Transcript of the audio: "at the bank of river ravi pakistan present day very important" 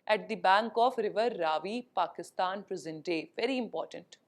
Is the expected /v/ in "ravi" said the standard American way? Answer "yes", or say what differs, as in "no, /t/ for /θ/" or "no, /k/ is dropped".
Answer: yes